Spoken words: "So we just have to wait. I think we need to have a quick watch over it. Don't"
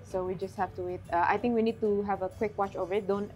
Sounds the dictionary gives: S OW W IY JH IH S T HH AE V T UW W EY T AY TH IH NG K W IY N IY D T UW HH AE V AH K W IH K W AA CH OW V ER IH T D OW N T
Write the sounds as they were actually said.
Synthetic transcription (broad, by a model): S OW W IY JH IH S T HH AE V T UW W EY T AY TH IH NG K W IY N IY D T UW HH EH V AH K W IH K W AA CH OW V ER IH T D OW N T